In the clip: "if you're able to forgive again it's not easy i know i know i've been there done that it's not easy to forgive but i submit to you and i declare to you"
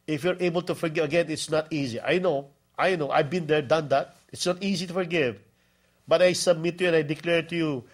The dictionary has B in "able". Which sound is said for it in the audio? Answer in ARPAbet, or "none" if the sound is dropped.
B